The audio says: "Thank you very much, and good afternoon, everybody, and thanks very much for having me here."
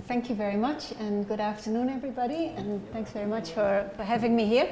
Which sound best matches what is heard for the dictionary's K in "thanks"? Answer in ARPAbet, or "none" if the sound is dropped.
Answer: K